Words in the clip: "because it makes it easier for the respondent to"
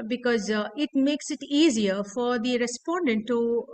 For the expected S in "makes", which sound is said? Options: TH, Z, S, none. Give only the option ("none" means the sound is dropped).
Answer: S